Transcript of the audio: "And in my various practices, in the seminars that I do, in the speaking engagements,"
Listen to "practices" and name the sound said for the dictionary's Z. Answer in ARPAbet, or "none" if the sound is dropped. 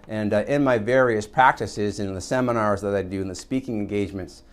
Z